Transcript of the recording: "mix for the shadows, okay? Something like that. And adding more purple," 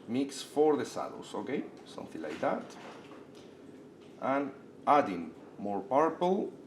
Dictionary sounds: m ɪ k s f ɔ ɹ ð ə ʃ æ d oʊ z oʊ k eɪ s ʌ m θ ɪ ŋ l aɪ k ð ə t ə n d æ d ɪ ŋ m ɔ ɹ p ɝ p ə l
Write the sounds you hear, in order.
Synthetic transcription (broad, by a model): m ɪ k s f ɔ ɹ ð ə s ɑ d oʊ s oʊ k eɪ s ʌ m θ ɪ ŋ l aɪ k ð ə t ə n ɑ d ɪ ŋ m ɔ ɹ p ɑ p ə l